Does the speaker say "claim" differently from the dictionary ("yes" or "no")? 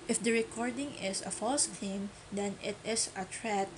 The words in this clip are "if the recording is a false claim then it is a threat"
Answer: yes